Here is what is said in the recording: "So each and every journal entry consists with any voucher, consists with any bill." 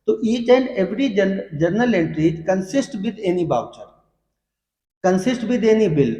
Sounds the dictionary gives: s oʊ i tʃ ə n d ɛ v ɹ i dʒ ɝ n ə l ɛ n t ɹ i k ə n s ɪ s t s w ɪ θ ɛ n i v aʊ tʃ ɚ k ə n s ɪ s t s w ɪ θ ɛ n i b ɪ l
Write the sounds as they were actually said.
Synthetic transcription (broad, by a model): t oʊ i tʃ ə n d ɛ v ɹ i dʒ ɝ n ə l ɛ n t ɹ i k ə n s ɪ s t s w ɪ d ɛ n i b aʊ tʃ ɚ k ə n s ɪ s t w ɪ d ɛ n i b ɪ l